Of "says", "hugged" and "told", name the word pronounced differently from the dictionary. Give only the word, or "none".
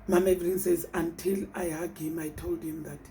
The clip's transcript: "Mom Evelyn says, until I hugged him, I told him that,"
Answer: hugged